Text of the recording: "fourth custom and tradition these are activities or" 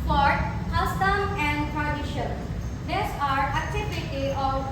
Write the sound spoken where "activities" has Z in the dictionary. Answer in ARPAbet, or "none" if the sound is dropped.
none